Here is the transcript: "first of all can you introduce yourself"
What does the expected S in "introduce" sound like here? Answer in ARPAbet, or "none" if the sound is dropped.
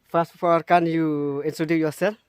none